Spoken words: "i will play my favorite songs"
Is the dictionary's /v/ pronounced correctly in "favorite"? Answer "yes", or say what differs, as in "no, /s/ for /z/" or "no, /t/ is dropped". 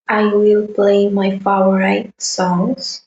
no, /v/ is dropped